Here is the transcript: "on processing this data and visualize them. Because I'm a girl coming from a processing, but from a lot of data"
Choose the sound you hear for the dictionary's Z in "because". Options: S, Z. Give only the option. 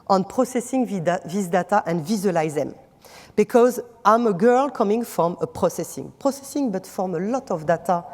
Z